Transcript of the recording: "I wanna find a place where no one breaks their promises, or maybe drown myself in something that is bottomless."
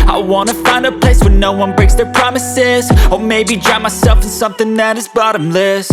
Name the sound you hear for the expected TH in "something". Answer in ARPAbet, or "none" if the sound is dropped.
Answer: TH